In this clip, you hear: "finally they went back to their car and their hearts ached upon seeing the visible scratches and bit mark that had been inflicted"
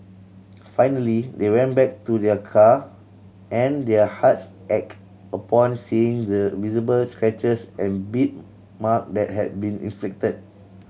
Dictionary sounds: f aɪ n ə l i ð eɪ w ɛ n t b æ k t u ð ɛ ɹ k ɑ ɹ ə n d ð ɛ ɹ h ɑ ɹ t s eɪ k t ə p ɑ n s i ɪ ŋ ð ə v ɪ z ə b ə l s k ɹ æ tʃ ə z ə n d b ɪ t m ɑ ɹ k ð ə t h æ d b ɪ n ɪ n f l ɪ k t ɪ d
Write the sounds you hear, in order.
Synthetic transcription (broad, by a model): f aɪ n ə l i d eɪ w ɛ n b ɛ k t u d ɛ k ɑ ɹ ə n d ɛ h ɑ t s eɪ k ə p ɑ n s i ɪ ŋ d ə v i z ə b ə l s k ɹ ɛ tʃ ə s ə n b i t m ɑ k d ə t h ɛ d b ɪ n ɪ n f l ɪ k t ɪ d